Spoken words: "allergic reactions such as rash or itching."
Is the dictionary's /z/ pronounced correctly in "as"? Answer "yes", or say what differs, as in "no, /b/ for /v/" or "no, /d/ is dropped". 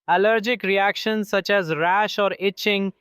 yes